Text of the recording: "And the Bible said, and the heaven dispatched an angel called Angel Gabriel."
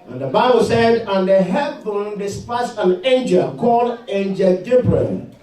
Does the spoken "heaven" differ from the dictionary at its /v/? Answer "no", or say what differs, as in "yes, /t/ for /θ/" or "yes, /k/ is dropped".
yes, /b/ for /v/